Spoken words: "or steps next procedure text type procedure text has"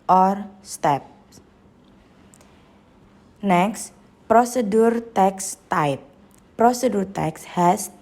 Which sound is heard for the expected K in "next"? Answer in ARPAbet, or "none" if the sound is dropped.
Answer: K